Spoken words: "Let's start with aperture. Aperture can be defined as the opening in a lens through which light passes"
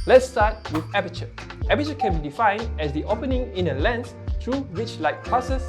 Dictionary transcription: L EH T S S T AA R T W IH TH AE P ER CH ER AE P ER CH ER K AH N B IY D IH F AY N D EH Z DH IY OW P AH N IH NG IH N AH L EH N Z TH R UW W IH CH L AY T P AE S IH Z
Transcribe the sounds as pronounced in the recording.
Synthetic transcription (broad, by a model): L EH T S S T AA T W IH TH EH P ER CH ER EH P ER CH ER K AH N B IY D IH F AY N D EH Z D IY OW P AH N IH NG IH N AH L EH N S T R UW W IH CH L AY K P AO S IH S